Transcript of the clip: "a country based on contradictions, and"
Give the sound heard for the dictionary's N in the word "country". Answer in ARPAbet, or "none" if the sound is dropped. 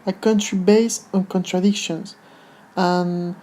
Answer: N